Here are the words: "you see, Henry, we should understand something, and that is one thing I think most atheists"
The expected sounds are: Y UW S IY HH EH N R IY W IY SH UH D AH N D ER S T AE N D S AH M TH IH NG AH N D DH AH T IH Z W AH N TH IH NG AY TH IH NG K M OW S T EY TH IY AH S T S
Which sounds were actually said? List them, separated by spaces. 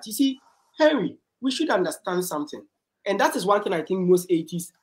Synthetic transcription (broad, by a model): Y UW S IY HH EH R IY W IY SH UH D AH N D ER S T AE N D S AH M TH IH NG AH N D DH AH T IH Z W AH N TH IH NG AY TH IH NG K M OW S T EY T IY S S